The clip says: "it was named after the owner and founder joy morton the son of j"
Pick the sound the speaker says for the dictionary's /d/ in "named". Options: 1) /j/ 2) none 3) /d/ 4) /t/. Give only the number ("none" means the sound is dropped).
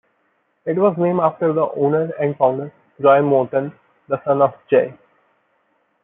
2